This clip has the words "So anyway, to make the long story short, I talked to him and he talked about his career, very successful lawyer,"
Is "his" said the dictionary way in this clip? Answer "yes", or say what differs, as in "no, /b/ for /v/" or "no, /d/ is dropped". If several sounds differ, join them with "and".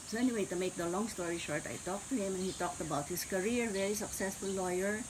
no, /s/ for /z/